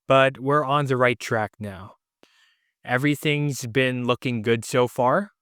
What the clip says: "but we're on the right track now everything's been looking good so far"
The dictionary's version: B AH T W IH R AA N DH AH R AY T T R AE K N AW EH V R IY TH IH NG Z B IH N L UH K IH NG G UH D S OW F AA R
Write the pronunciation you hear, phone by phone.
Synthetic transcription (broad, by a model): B AH T W IH R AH N DH AH R AY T T R AE K N AW EH V R IY TH IH NG Z B IH N L UH K IH NG G UH D S OW F AA R